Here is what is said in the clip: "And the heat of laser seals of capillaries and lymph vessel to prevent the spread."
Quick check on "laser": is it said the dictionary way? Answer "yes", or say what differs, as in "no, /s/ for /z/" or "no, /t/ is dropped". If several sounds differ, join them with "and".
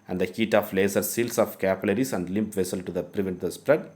no, /s/ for /z/